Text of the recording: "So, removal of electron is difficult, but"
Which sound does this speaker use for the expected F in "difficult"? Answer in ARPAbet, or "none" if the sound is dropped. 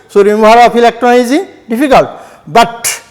P